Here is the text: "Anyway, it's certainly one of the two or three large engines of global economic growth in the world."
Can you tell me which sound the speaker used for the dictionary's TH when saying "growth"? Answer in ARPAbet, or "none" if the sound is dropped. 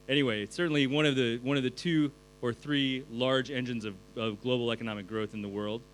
TH